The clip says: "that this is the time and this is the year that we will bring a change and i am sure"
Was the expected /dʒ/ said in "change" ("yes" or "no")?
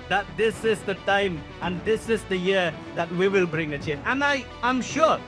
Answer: no